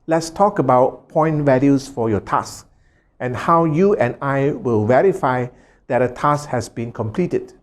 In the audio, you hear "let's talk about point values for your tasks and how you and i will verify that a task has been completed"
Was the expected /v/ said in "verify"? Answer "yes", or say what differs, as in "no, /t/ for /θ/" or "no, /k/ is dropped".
yes